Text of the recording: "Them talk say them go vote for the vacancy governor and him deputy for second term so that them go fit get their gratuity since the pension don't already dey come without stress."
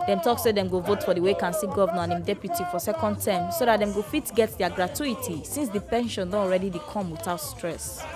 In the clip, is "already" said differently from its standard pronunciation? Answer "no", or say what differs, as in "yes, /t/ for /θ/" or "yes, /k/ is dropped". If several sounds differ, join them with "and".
no